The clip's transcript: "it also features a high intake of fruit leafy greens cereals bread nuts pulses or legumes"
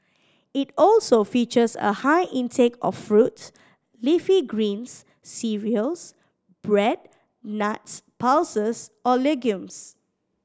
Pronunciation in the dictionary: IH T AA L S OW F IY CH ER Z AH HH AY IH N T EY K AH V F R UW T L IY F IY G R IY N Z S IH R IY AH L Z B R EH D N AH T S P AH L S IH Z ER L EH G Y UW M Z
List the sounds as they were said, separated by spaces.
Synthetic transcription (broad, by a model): IH T AA L S OW F IY CH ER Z AH HH AY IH N T EY K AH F R UW T L IY F IY G R IY N S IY R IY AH L S B R EH D N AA T S P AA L S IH S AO L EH G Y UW M S